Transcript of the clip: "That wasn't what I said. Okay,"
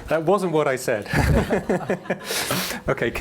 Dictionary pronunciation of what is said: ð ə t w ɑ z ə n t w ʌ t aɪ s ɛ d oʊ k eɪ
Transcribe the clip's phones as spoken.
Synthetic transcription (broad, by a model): ð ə t w ɑ z ə n t w ʌ t aɪ s ɛ d oʊ k eɪ